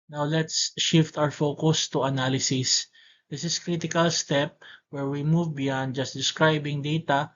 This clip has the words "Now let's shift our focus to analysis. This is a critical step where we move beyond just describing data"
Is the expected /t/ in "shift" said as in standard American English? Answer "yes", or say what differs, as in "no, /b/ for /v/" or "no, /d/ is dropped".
yes